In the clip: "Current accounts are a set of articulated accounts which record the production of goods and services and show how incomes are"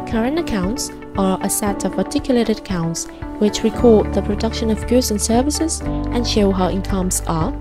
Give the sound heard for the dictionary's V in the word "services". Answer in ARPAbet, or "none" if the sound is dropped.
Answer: V